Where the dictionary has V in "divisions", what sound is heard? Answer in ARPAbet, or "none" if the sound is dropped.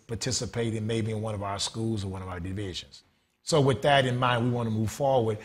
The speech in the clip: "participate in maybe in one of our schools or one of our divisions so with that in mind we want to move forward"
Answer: V